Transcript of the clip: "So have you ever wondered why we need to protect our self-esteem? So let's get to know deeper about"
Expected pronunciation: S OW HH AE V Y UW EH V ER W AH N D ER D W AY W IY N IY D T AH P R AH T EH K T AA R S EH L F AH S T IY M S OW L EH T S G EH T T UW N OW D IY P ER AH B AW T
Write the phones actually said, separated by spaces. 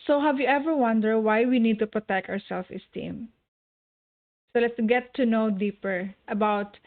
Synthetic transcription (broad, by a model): S OW HH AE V Y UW EH V ER W AH N D ER D W AY W IY N IY D T AH P R AH T EH K T AA R S EH L F AH S T IY M S OW L EH T S G EH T T UW N OW D IY P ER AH B AW T